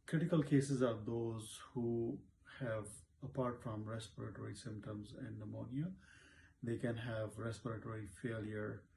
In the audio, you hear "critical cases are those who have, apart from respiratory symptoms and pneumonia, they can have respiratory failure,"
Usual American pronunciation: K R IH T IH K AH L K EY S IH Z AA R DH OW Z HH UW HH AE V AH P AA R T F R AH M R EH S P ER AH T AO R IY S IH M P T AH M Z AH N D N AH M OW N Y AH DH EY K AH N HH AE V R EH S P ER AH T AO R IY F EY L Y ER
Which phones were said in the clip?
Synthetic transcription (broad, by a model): K R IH T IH K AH L K EY S IH Z AA R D OW Z HH UW HH AE V AH P AA R T F R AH M R EH S P ER AH T AO R IY S IH M P T AH M Z AH N D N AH M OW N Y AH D EY K AH N HH AE V R EH S P ER AH T AO R IY F EY L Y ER